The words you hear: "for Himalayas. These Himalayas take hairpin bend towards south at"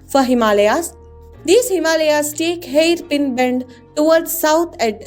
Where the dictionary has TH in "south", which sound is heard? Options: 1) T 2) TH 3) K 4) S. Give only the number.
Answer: 1